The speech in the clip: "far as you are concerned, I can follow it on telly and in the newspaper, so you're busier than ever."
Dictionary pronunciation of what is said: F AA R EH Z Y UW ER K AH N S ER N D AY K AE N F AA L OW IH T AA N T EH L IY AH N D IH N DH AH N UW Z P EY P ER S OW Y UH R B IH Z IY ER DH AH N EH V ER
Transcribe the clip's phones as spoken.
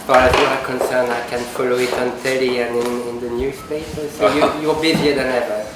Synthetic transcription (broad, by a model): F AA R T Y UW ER K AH N S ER N AY K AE N F AA L OW IH T AA N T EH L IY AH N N IH N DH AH N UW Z P EY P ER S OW Y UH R B IH Z IY ER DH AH N EH V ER